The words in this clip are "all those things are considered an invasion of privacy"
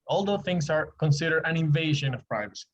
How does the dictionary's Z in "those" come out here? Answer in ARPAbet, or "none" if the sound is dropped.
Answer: none